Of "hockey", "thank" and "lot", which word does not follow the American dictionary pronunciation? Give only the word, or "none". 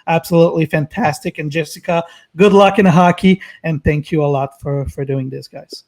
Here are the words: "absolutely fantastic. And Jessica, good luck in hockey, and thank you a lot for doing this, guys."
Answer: none